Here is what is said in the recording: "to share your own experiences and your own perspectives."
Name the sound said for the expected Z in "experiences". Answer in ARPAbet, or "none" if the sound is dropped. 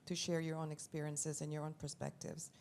Z